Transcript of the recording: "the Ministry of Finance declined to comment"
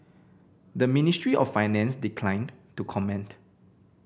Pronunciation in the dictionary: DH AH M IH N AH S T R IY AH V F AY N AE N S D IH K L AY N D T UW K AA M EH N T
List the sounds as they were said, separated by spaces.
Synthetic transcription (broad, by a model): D AH M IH N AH S T R IY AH F AY N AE N S D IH K L AY N T UW K AA M EH N T